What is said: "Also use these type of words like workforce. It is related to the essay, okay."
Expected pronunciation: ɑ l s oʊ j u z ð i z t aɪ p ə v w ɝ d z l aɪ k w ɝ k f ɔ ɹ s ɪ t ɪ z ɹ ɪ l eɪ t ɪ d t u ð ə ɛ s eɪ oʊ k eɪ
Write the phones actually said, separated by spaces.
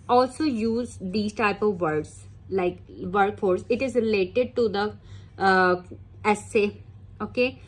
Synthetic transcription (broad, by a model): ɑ l s oʊ j u z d i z t aɪ p ə v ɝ d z l aɪ k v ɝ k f ɔ ɹ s ɪ t ɪ z ɹ ɪ l eɪ t ɪ d t u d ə ɛ s eɪ oʊ k eɪ